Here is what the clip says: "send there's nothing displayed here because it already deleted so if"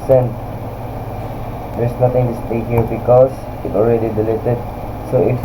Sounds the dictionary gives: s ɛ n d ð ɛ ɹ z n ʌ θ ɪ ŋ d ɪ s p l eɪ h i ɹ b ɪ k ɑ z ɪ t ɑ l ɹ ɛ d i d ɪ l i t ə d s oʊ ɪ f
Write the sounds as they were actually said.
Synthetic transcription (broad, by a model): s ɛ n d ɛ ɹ s n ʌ t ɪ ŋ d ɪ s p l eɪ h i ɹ b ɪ k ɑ s ɪ t ɑ l ɹ ɛ d i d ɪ l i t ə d s oʊ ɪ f